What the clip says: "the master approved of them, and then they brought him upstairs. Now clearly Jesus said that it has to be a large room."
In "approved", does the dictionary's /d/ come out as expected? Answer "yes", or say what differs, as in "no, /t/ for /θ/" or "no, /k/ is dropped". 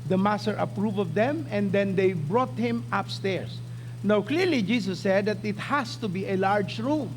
no, /d/ is dropped